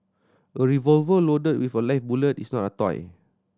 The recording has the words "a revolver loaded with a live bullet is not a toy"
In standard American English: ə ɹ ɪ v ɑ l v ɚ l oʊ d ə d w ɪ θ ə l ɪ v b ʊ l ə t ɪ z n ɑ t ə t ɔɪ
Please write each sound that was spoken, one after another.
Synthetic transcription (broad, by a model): ə ɹ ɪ v ɑ l v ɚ l oʊ d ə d w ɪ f ə l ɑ f b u l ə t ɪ s n ɑ t ə t ɔɪ